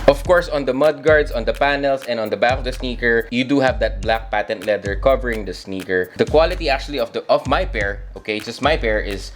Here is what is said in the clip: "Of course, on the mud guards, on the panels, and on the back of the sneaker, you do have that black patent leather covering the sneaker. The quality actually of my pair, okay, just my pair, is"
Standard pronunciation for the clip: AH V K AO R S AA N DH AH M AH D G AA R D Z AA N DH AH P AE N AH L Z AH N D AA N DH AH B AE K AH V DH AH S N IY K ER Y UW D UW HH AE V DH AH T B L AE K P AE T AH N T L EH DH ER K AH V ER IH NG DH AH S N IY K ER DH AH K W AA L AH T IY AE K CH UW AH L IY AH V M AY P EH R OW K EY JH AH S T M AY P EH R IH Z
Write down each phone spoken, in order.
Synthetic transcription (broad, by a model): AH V K AO R S AA N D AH M AH D G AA R D S AA N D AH P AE N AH L S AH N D AA N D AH B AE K AH V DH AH S N IY K ER Y UW D UW HH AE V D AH T B L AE K P AE T AH N T L EH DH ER K AH V ER IH NG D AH S N IY K ER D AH K W AA L AH T IY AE K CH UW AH L IY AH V M AY P EH R OW K EY JH AH S T M AY P EH R IH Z